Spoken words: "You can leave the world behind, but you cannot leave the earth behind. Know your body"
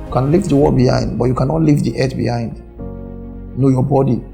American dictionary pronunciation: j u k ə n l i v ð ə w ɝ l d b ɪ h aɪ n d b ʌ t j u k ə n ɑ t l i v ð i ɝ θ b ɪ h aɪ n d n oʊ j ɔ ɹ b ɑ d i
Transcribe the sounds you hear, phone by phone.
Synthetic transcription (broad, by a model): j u k ə n l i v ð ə w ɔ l b ɪ h aɪ n d b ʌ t j u k ə n ɑ t l i v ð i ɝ t b ɪ h aɪ n d n oʊ j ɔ b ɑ d i